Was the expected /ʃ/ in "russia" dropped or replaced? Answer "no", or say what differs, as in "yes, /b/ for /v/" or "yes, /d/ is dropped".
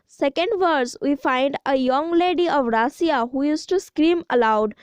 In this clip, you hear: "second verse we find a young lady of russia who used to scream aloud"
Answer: yes, /s/ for /ʃ/